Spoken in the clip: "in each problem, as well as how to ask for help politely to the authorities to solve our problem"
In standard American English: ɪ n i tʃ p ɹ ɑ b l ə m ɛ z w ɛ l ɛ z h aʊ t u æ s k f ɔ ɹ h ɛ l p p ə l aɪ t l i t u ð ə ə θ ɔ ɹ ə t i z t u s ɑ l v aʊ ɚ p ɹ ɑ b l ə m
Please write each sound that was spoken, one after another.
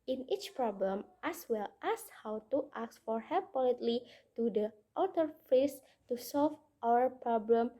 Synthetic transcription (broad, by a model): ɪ n i tʃ p ɹ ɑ b l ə m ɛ s w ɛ l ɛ s h aʊ t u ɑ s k f ɔ ɹ h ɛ p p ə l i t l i t u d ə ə t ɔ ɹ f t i s t u s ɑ l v aʊ ɚ p ɹ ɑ b l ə m